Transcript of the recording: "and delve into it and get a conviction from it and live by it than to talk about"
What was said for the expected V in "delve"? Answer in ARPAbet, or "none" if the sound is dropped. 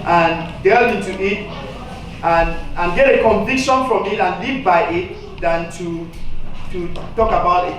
none